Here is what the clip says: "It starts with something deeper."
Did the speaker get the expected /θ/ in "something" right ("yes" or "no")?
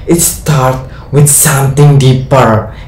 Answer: no